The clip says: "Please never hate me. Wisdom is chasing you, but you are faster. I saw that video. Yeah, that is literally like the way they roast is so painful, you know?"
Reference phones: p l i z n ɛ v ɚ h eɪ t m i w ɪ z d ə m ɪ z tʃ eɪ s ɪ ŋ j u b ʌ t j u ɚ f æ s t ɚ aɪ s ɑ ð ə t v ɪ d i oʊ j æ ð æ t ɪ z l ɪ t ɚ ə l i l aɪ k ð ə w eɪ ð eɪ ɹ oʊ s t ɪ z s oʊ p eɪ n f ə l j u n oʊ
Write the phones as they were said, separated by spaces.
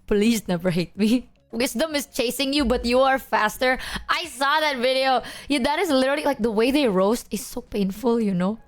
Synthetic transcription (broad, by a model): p l i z n ɛ v ɚ h eɪ t m i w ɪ s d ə m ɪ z tʃ eɪ s ɪ ŋ j u b ʌ t j u ɚ f æ s t ɚ aɪ s ɑ ð ə t v ɪ d i oʊ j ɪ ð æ t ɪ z l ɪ t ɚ l i l aɪ k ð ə w eɪ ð eɪ ɹ oʊ s t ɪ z s oʊ p eɪ n f ə l j u n oʊ